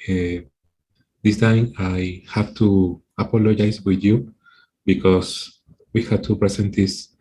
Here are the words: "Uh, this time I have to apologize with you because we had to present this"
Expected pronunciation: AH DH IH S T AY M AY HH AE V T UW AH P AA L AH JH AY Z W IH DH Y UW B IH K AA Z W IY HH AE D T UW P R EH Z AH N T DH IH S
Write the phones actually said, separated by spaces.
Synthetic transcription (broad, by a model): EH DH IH S T AY M AY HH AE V T UW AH P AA L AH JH AY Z W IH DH Y UW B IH K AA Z W IY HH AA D T UW P R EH S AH N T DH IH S